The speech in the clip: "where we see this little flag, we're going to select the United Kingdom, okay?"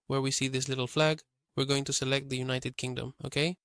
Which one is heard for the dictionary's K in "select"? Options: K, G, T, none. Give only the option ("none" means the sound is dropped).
K